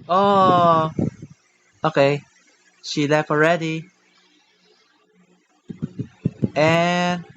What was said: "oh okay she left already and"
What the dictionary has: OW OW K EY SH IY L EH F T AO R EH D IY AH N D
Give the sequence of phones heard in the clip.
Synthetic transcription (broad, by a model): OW OW K EY SH IY L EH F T AO R EH D IY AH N